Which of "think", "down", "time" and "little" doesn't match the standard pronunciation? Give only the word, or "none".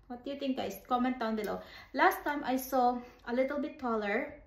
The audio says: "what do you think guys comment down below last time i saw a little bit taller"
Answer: think